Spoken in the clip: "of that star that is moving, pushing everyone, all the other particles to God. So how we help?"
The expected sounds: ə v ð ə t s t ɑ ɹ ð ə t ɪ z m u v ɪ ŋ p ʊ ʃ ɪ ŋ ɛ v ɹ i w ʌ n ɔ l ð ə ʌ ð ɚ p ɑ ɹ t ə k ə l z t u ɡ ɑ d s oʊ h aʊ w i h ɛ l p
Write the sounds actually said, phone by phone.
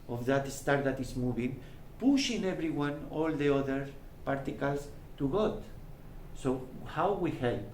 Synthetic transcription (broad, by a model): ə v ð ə t s t ɑ ɹ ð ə t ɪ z m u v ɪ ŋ p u ʃ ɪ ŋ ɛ b ɹ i w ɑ n ɔ l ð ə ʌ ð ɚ p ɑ ɹ t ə k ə l s t u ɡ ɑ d s oʊ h aʊ w i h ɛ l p